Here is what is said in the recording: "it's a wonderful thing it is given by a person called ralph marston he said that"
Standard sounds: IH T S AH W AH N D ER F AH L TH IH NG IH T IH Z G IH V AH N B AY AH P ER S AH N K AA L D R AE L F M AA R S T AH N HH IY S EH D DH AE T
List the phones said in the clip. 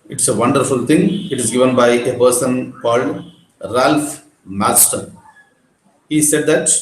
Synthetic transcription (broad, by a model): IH T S AH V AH N D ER F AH L T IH NG IH T IH Z G IH V AH N B AY AH P ER S AH N K AA L D R AE L F M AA L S T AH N HH IY S EH D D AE T